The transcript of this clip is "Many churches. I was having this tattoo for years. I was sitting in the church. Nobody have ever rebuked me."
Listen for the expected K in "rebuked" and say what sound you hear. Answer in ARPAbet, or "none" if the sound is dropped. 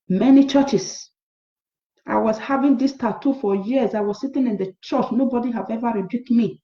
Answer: K